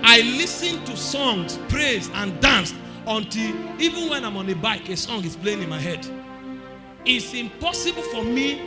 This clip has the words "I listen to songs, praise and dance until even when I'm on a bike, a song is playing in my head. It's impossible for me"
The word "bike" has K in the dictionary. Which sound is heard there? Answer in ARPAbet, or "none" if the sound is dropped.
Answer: K